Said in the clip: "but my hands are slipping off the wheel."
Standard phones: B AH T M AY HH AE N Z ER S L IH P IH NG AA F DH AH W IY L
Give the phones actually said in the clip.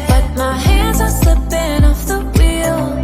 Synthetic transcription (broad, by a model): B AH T M AY HH AE N Z ER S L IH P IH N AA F DH AH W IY L